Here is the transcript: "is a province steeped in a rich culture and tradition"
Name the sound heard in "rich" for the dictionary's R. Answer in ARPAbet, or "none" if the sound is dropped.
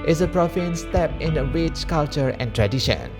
W